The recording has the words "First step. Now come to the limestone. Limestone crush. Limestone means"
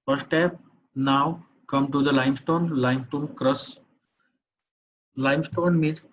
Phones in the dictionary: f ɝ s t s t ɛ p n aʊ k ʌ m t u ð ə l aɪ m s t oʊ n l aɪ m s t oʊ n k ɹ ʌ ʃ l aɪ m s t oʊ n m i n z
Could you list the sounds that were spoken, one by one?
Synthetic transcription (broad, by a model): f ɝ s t s t ɛ p n aʊ k ʌ m t u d ə l aɪ m s t oʊ n l aɪ m s t oʊ n k ɹ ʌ s l aɪ m s t oʊ n m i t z